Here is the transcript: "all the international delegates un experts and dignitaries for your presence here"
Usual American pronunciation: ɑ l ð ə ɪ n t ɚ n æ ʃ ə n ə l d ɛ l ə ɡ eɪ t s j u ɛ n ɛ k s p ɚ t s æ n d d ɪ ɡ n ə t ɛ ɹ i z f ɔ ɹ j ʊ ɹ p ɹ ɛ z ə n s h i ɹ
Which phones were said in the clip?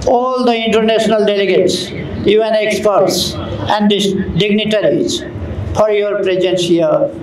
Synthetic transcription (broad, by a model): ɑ l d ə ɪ n t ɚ n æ s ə n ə l d ɛ l ə ɡ eɪ t s j u ɛ n ɛ k s p ɚ t s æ n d d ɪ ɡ n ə t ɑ ɹ i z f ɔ ɹ j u ɹ p ɹ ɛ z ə n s h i ɹ